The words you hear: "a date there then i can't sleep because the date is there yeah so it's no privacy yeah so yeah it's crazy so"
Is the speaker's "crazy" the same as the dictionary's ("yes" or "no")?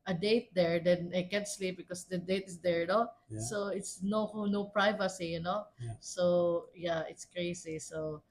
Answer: no